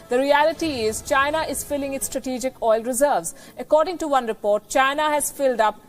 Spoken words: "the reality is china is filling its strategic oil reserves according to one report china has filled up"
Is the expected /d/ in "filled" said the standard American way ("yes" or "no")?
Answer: yes